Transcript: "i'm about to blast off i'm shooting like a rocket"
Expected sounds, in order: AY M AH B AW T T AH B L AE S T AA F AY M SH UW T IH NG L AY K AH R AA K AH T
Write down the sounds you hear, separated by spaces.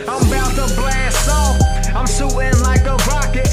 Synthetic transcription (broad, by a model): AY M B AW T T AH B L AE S AA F AY M S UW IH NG L AY K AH R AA K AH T